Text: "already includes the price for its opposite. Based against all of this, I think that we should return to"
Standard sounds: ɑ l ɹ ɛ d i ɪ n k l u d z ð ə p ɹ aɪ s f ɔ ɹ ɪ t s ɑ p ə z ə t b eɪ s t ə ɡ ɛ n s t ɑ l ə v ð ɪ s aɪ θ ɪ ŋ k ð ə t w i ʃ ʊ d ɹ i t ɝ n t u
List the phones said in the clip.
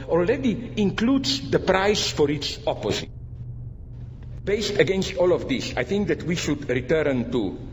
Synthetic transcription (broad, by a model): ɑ l ɹ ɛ d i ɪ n k l u d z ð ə p ɹ aɪ s f ɔ ɹ ɪ t s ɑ p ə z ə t b eɪ s t ə ɡ ɛ n s t ɑ l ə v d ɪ s aɪ θ ɪ ŋ k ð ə t w i ʃ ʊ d ɹ i t ɝ n t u